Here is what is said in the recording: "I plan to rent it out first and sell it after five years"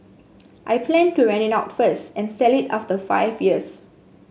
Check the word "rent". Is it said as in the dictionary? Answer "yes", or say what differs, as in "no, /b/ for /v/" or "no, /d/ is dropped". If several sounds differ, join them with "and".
no, /t/ is dropped